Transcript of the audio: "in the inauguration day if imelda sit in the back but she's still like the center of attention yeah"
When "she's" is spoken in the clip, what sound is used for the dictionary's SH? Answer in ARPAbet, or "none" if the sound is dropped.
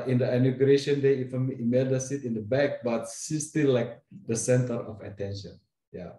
S